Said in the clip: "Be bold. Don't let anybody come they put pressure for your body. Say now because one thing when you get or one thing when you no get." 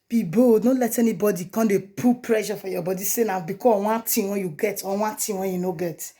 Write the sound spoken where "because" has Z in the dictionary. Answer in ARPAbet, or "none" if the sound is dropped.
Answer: none